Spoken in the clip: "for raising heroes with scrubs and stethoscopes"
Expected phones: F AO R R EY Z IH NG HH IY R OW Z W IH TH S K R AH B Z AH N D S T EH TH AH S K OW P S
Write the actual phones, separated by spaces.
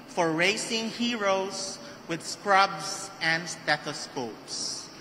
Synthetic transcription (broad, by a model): F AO R R EY S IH NG HH IY R OW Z W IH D S K R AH B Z AH N D S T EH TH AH S K OW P S